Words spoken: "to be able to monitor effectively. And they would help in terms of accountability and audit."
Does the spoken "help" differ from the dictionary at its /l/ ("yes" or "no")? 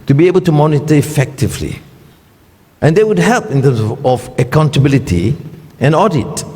no